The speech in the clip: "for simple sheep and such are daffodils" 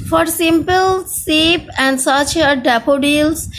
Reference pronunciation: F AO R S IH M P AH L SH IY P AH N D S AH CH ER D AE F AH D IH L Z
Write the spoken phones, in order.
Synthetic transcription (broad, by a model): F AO R S IH M P AH L S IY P AH N D S AH CH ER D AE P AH D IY L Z